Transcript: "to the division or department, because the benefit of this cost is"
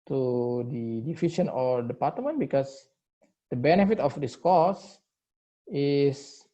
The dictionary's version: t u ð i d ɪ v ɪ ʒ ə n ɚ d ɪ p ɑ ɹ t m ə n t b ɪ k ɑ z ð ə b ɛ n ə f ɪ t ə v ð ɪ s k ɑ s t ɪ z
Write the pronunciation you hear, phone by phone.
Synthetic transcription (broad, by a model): t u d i d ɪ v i ʃ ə n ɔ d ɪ p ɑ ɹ t m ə n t b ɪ k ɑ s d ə b ɛ n ə f ɪ t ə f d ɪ s k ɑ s ɪ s